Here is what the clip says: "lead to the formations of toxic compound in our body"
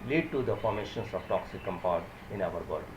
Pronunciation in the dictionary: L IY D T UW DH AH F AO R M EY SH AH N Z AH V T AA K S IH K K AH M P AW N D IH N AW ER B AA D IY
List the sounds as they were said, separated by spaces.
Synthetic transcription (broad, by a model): L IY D T UW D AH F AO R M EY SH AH N S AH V T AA K S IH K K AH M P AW D IH N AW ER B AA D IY